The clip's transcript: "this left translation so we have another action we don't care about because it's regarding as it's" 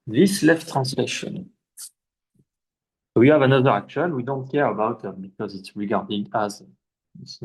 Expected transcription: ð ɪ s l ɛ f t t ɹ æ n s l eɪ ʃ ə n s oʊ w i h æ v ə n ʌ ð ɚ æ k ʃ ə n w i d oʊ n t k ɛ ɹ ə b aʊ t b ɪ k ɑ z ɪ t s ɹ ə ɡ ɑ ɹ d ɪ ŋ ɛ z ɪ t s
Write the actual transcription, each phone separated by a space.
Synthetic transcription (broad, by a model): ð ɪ s l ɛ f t t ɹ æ n s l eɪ ʃ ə n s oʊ w i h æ v ə n ʌ ð ɚ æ k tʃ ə l w i d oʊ n t k ɛ ɹ ə b aʊ t b ɪ k ɑ z ɪ t s ɹ ə ɡ ɑ ɹ d ɪ ŋ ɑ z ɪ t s